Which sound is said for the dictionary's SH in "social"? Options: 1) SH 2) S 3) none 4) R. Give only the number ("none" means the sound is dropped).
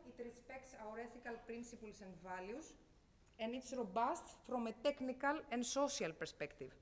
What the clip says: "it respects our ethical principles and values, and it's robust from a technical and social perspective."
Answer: 2